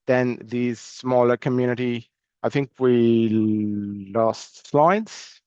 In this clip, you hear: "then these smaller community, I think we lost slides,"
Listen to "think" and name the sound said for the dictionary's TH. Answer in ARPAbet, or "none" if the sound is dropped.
TH